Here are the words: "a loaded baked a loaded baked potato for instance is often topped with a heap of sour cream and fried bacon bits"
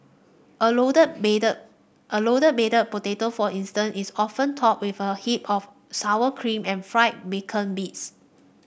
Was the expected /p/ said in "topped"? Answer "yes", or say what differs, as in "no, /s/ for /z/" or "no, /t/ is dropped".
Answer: no, /p/ is dropped